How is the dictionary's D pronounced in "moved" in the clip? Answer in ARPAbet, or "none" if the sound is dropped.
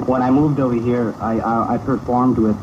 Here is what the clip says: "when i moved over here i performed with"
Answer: D